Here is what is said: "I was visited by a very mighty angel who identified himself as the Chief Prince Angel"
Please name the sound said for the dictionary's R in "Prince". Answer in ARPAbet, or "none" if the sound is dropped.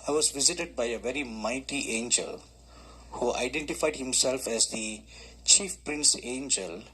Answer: R